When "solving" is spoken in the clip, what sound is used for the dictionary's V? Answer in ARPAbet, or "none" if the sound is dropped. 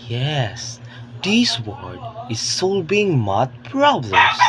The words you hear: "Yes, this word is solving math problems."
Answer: B